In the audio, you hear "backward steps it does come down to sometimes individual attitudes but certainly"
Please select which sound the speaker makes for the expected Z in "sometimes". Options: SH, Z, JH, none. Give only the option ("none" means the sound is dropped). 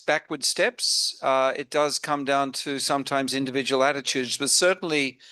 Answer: Z